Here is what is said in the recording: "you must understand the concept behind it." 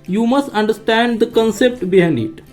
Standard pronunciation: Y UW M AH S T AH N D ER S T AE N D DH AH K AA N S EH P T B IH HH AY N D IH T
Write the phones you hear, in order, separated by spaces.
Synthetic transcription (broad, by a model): Y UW M AH S T AH N D ER S T AE N D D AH K AA N S EH P T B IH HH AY N IH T